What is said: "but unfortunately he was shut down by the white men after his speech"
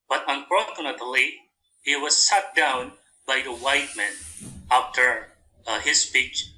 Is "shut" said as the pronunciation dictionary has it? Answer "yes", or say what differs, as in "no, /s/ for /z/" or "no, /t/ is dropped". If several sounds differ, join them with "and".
no, /s/ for /ʃ/